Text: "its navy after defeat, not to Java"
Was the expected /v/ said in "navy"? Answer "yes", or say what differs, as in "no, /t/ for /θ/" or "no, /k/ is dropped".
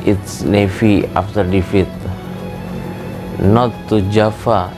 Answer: no, /f/ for /v/